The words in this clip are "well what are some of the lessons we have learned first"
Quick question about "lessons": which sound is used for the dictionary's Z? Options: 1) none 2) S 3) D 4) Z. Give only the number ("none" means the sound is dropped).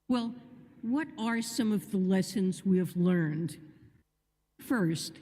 4